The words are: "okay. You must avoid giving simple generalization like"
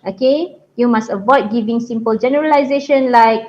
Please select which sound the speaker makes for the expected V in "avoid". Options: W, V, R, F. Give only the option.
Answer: V